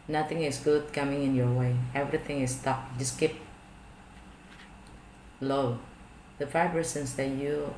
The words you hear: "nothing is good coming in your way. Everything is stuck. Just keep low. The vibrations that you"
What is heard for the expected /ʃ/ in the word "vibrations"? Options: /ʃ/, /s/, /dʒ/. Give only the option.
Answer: /s/